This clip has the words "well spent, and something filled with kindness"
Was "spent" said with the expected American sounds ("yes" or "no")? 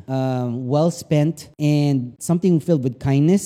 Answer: yes